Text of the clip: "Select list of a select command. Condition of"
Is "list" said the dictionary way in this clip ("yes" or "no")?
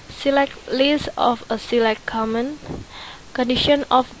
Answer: no